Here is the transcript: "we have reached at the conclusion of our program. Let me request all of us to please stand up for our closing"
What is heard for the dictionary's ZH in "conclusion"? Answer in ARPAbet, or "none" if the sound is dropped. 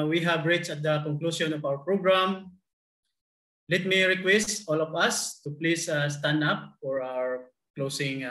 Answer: S